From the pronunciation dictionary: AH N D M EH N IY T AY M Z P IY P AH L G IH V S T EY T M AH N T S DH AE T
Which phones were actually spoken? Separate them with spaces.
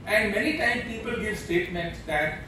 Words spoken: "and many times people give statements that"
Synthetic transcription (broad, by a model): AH N D M EH N IY T AY M P IY P AH L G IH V S T EY T M AH N T S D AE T